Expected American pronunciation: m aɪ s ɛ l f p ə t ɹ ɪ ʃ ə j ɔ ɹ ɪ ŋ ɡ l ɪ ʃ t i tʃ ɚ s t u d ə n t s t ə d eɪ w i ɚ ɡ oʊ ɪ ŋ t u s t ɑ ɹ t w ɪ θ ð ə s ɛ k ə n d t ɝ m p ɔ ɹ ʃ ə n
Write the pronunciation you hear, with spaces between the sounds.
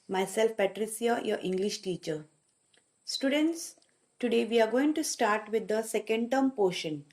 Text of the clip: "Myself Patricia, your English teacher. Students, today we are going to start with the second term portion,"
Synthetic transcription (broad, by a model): m aɪ s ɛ l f p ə t ɹ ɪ s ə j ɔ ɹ ɪ ŋ ɡ l ɪ ʃ t i tʃ ɚ s t u d ə n t s t ə d eɪ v i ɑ ɡ oʊ ɪ ŋ t u s t ɑ ɹ t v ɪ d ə s ɛ k ə n d t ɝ m p ɔ ʃ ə n